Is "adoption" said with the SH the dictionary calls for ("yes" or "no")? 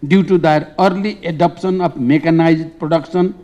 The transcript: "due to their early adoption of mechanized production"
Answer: no